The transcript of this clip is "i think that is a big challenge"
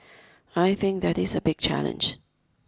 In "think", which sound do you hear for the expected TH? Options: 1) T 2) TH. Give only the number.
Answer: 2